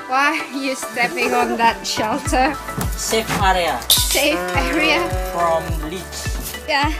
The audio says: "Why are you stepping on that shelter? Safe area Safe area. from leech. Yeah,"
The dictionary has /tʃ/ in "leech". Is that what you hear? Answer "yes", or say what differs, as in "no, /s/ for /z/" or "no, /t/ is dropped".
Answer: no, /s/ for /tʃ/